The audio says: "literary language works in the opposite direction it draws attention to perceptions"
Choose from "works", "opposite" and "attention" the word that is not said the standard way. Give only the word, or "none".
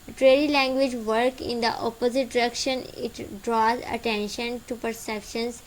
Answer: works